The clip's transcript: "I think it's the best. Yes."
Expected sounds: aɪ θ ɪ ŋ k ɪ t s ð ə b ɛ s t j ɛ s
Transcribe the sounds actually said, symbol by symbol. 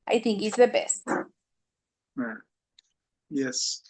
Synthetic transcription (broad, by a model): aɪ θ ɪ ŋ k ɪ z ð ə b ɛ s t j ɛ s